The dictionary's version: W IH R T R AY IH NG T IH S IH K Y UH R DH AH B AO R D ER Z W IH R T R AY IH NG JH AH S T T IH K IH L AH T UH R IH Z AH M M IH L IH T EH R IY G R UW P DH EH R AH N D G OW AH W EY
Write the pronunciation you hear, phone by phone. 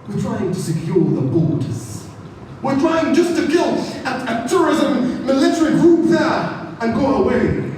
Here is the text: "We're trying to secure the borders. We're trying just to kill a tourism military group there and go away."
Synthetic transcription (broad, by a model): W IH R T R AY IH NG T IH S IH K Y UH R DH AH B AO L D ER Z W IH R T R AY IH NG JH AH S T T IH K IH L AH T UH R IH Z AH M M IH L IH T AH R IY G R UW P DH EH R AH N G OW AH W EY